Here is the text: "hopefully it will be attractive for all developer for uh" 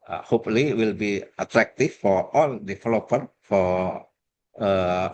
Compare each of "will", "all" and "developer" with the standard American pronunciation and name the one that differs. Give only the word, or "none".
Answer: developer